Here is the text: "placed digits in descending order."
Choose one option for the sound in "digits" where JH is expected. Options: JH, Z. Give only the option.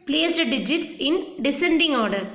JH